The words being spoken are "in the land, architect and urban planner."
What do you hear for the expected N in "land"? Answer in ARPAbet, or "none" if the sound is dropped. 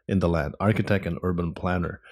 none